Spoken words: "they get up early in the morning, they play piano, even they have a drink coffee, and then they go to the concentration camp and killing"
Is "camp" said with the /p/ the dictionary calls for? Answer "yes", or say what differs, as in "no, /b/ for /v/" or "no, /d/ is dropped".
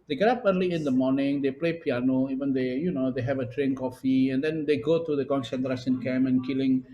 no, /p/ is dropped